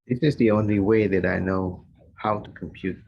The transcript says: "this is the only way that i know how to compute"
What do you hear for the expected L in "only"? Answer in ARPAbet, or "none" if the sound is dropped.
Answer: L